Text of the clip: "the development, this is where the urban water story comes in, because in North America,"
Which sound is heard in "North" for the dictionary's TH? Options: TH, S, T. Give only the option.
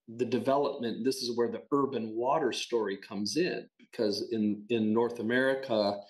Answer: TH